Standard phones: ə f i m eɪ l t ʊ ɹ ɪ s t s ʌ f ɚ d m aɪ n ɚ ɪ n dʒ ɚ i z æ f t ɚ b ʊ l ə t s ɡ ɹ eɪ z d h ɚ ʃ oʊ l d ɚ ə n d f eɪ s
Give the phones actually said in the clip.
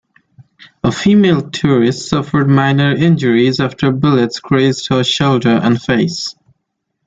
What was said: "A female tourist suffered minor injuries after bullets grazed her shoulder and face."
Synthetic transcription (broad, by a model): ə f i m eɪ l t ʊ ɹ ɪ s t s ʌ f ɚ d m aɪ n ɚ ɪ n dʒ ɚ i z æ f t ɚ b ʊ l ə t s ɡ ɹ eɪ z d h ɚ ʃ oʊ l d ɚ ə n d f eɪ s